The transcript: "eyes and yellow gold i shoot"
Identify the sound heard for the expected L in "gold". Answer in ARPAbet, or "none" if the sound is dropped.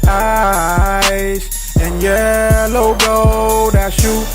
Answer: none